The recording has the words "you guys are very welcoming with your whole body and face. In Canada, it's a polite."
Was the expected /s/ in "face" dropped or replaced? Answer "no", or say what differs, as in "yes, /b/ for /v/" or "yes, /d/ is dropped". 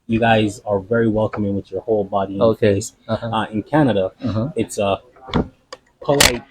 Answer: yes, /s/ is dropped